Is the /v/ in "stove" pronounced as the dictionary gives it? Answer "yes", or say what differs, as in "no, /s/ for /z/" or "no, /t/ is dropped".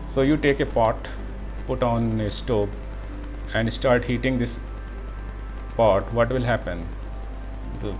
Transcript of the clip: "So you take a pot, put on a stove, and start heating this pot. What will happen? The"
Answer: no, /b/ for /v/